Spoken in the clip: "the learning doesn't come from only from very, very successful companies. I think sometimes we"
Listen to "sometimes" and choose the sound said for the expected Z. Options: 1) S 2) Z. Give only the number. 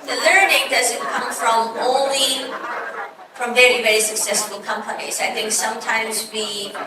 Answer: 2